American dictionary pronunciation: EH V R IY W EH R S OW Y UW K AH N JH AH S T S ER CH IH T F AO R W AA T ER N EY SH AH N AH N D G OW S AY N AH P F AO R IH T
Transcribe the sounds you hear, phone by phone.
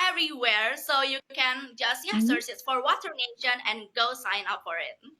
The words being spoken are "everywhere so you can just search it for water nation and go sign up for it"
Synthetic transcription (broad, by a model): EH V R IY W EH R S OW Y UW K AH N JH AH S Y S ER S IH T F AO R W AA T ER N EY SH AH N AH N G OW S AY N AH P F AO R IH T